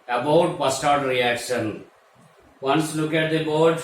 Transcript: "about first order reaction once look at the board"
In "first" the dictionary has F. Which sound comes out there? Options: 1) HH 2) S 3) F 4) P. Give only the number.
4